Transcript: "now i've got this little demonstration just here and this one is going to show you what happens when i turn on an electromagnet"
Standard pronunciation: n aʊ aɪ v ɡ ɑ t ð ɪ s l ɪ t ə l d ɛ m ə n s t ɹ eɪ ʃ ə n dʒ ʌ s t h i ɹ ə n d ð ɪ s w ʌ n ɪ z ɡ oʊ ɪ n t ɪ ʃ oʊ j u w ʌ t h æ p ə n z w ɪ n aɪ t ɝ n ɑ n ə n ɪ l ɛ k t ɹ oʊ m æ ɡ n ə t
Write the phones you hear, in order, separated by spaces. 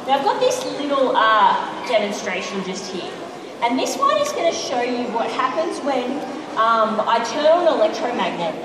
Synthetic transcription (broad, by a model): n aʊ aɪ v ɡ ɑ t ð ɪ s l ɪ t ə d ɛ m ə n s t ɹ eɪ ʃ ə n dʒ ʌ s t h i ɹ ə n ð ɪ s w ʌ n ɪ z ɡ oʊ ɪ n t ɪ ʃ oʊ j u w ʌ t h æ p ə n z w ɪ n aɪ t ɝ n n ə l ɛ k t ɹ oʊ m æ ɡ n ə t